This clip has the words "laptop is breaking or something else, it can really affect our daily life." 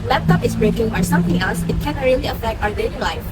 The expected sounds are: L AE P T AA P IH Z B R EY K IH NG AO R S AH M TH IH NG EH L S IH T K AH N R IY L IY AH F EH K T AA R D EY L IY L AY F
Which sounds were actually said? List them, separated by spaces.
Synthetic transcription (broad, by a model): L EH P T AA P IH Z B R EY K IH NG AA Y S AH M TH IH NG EH L S IH T K AH N R IY L IY AH F EH K T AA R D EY N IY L AY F